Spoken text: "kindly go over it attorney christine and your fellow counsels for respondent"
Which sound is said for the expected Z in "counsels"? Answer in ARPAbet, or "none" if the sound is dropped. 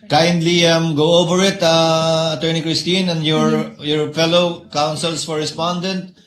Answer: S